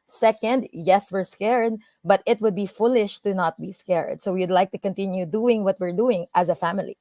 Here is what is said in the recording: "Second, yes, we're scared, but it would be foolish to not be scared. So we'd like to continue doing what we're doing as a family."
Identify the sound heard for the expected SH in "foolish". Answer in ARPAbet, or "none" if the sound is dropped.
SH